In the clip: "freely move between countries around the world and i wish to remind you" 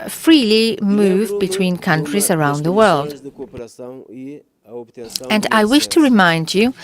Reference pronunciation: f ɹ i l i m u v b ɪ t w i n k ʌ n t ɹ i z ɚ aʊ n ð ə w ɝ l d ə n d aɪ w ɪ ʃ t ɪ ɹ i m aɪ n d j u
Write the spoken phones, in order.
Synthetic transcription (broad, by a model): f ɹ i l i m u v b ɪ t w i n k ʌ n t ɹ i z ɚ aʊ n ð ə w ɝ l d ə n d aɪ w ɪ ʃ t ɪ ɹ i m aɪ n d j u